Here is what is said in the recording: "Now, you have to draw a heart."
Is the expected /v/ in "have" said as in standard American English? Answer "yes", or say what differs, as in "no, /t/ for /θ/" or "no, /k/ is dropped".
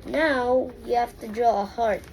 no, /f/ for /v/